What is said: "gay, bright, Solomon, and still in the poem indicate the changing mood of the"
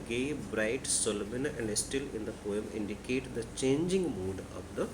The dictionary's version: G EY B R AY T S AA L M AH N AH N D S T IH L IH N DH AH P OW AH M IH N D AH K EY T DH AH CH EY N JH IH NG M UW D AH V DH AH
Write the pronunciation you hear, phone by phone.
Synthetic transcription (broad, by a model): G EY B R AY T S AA L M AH N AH N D S T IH L IH N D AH P OW AH M IH N D AH K EY T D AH CH EY N JH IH NG M UW D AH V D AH